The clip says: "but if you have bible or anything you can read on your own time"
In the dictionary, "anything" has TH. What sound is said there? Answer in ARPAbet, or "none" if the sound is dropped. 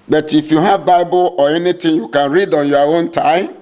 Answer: T